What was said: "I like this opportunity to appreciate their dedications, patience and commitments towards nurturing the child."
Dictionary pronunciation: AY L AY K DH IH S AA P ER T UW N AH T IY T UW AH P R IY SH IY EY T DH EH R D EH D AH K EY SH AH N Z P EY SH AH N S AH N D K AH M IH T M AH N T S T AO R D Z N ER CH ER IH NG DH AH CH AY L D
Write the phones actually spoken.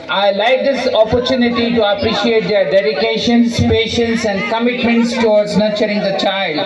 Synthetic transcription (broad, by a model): AY L AY K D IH S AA P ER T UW N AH T IY T UW AH P R IY SH IY EY T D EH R D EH D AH K EY SH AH N S P EY SH AH N S AH N D K AH M IH T M AH N T S T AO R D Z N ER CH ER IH NG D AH CH AY L D